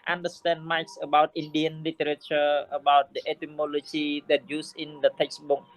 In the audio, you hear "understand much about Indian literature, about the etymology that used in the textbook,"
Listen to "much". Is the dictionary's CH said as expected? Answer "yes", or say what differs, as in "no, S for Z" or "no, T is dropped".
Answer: no, S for CH